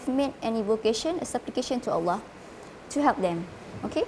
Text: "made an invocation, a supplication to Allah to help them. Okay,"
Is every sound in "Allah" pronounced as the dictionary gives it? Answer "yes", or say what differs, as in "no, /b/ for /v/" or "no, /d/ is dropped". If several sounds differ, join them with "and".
yes